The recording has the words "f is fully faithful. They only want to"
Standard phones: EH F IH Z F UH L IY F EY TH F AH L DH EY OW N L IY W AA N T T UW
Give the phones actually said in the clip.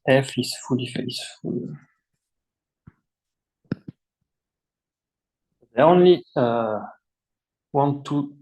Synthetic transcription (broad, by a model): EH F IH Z F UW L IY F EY S F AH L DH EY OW N L IY W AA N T T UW